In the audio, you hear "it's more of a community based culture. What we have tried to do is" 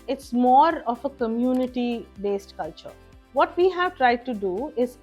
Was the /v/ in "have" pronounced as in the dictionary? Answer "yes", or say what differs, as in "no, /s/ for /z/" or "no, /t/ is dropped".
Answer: yes